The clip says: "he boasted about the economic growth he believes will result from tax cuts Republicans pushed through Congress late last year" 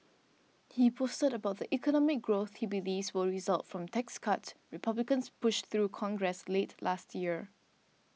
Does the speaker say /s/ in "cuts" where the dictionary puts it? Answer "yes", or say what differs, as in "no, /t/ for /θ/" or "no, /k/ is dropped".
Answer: no, /s/ is dropped